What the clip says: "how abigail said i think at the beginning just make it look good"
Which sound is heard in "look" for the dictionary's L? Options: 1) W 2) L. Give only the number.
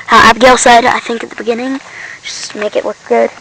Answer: 1